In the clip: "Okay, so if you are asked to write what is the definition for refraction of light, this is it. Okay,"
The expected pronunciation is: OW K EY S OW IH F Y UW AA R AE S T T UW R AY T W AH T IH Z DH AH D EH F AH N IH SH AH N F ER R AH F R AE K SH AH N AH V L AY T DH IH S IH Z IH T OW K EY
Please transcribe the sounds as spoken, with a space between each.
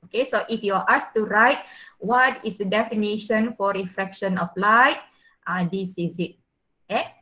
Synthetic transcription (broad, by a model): OW K EY S OW IH F Y UW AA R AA S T T UW R AY T W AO T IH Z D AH D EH F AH N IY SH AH N F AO R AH F R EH K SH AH N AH P L AY T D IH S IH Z IH T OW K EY